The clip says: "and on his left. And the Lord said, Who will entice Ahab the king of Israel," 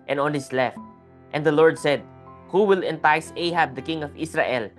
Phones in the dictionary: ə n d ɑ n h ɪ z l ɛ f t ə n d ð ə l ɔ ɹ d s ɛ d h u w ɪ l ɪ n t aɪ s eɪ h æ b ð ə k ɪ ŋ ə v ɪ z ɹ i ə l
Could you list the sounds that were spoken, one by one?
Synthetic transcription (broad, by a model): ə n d ɑ n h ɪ s l ɛ f t ə n d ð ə l ɔ ɹ d s ɛ d h u w ɪ l ɪ n t aɪ s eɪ h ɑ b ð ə k ɪ ŋ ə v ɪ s ɹ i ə l